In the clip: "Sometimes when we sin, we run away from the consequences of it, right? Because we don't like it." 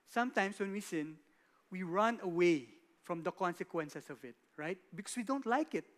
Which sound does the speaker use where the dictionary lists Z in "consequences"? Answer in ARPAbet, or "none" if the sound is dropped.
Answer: S